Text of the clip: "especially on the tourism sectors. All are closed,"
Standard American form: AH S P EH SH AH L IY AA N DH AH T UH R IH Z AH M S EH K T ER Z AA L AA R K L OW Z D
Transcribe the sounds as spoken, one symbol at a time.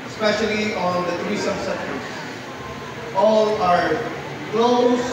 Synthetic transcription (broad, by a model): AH S P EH SH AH L IY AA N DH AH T R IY S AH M S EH T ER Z AA L AA R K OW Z